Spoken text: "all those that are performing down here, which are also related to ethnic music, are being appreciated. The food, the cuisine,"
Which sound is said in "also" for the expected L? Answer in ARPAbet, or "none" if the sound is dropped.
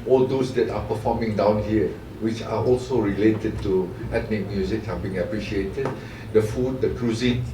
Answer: L